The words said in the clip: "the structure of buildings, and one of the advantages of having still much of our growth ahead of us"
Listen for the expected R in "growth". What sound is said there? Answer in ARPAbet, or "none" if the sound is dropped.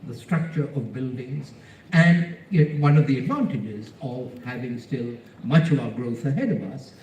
R